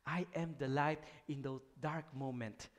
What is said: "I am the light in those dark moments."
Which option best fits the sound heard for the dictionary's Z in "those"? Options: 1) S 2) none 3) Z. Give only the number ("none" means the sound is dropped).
2